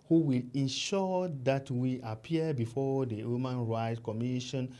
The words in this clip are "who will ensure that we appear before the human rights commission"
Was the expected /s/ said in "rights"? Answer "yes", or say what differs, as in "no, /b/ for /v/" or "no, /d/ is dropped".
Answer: no, /s/ is dropped